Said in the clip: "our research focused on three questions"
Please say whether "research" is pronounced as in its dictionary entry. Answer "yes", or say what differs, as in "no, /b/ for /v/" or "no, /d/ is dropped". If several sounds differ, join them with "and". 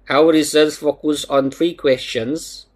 no, /s/ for /tʃ/